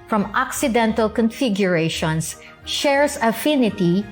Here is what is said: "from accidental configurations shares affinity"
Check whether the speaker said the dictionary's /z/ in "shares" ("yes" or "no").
no